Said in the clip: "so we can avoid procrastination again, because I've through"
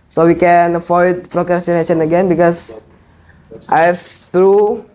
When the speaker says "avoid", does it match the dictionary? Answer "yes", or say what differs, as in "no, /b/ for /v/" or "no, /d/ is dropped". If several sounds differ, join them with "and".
no, /f/ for /v/